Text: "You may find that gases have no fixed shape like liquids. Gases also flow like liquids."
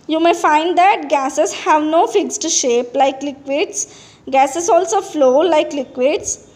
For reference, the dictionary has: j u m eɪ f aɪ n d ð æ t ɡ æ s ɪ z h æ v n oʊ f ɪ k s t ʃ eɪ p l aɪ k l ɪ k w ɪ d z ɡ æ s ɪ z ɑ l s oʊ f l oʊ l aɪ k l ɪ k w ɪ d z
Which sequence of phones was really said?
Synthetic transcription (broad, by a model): j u m eɪ f aɪ n d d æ t ɡ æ s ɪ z h æ v n oʊ f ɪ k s t ʃ eɪ p l aɪ k l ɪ k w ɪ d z ɡ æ s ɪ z ɑ l s oʊ f l oʊ l aɪ k l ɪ k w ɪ d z